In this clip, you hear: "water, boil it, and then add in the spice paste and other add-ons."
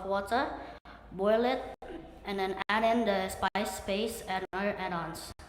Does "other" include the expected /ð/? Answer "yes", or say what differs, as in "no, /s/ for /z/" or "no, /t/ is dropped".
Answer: no, /ð/ is dropped